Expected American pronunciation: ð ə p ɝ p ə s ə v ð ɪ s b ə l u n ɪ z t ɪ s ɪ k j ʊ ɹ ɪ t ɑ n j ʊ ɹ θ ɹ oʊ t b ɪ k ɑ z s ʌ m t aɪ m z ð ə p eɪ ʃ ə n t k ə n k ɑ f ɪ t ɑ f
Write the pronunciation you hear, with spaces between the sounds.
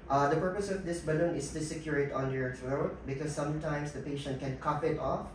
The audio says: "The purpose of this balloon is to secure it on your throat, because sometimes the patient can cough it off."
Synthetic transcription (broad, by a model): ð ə p ɝ p ə s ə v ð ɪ s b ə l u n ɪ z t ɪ s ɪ k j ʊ ɹ ɪ t ɑ n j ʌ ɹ s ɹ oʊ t b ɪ k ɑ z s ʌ m t aɪ m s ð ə p eɪ ʃ ə n t k ə n k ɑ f ɪ t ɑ f